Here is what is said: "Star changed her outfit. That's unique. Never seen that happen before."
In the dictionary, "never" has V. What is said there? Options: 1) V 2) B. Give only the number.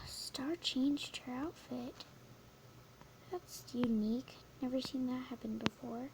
1